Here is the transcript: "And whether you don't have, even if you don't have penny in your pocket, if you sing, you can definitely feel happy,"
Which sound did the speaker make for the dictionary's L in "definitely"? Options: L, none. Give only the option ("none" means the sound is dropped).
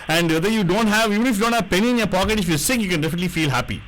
L